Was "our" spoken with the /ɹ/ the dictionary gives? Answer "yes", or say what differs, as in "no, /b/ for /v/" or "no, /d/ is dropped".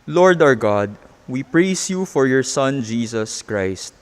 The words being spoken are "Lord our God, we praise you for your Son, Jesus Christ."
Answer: yes